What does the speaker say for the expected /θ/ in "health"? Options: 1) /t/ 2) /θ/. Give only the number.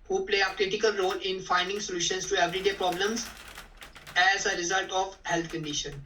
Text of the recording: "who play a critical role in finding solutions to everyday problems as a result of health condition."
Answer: 1